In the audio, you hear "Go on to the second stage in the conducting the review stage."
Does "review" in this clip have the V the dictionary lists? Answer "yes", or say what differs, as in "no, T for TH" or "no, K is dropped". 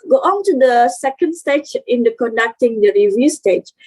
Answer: yes